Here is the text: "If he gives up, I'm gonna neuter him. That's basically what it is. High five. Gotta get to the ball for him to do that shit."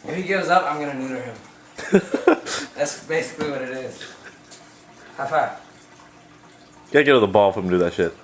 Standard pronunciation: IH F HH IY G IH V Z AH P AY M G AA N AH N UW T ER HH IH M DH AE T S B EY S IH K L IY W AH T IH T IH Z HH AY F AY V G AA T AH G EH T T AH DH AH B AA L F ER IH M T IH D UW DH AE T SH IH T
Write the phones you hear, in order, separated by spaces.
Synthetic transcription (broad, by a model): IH F HH IY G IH Z AH P AY M G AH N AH N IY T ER HH IH M DH AE T S B EY S IH K L IY W AH T IH T IH Z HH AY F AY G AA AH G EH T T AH DH AH B AA L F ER IH M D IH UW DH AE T SH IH T